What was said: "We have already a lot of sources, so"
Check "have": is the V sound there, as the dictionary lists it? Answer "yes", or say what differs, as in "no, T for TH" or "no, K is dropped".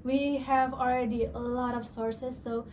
yes